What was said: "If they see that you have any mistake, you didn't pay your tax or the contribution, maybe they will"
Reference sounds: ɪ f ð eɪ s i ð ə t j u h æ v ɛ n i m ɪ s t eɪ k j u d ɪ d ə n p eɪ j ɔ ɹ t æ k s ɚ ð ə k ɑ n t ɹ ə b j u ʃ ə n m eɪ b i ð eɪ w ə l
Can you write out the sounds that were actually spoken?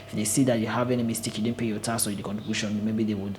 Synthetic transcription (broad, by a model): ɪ f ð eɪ s i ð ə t j u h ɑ v ɛ n i m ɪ s t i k j u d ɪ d n p eɪ j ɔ t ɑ s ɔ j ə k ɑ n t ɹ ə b j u ʃ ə n m eɪ b i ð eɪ w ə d